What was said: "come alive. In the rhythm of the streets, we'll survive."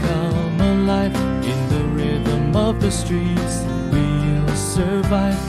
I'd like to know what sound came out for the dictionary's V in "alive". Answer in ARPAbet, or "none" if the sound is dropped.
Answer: F